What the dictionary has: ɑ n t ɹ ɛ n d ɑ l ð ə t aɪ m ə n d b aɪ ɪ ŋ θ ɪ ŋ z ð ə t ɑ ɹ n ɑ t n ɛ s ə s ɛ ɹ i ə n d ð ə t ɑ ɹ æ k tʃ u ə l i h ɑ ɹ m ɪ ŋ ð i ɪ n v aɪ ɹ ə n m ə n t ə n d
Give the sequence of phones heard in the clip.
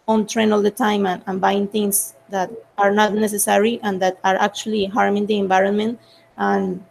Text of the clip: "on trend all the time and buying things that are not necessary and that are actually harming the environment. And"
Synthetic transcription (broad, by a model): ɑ n t ɹ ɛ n ɑ l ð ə t aɪ m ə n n b aɪ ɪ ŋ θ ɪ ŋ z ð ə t ɑ ɹ n ɑ t n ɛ s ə s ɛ ɹ i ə n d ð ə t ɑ ɹ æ k tʃ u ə l i h ɑ ɹ m ɪ ŋ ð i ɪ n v aɪ ɹ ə n m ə n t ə n